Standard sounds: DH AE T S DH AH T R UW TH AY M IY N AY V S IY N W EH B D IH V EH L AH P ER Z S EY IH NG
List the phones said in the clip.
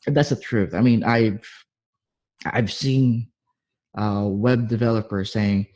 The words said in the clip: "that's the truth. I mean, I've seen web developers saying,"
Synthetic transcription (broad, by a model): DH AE T S DH AH T R UW TH AY M IY N AY V S IY N W EH B D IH V EH L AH P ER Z S EY IH NG